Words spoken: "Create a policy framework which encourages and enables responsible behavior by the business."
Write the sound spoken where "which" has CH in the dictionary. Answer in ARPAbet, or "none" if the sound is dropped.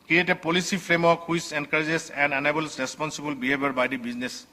S